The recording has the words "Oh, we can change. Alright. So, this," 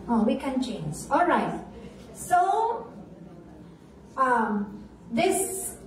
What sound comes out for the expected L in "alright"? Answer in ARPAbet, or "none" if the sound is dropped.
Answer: L